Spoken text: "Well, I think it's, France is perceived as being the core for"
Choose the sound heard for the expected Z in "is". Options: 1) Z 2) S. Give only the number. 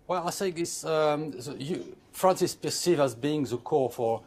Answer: 2